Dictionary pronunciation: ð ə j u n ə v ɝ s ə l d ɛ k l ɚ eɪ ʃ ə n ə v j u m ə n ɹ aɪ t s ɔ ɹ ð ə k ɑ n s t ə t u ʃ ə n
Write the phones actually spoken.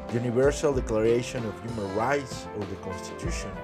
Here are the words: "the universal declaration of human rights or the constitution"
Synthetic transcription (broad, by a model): j u n ə v ɝ s ə l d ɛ k l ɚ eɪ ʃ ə n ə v j u m ə n ɹ aɪ t s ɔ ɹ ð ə k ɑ n s t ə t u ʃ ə n